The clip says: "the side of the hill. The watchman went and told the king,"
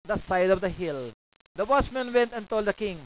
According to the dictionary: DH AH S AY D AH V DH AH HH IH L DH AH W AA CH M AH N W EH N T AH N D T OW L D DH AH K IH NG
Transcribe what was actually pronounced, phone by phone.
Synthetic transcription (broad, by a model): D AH S AY D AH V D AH HH IH L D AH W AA S M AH N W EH N T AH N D T OW L D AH K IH NG